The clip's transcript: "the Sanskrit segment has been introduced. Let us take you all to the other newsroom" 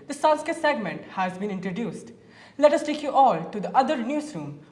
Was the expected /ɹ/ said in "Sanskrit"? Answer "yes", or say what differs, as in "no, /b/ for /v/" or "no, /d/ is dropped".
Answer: no, /ɹ/ is dropped